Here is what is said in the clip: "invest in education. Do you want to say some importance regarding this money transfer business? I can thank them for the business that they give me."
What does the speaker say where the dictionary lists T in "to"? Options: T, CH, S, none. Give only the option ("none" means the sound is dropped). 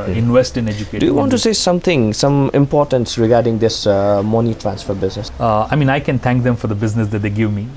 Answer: S